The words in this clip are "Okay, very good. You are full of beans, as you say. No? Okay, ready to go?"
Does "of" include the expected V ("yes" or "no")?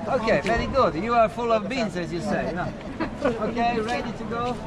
yes